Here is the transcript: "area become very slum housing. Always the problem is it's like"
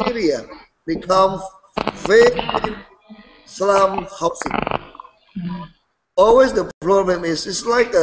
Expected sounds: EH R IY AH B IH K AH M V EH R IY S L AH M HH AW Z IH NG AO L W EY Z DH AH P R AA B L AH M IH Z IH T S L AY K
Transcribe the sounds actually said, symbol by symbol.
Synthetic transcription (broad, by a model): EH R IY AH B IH K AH M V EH IY S L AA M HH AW S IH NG AO L W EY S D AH P R AA B L AH M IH S IH T S L AY K